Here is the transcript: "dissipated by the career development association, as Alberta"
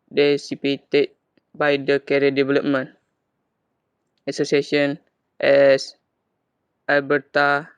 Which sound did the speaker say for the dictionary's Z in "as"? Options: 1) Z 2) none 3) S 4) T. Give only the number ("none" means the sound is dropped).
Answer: 3